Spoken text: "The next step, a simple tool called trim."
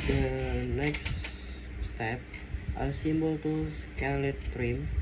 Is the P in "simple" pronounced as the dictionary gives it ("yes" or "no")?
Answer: no